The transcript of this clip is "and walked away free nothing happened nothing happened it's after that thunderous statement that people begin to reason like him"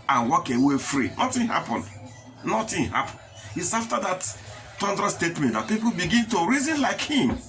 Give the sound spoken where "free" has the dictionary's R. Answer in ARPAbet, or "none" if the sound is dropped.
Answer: R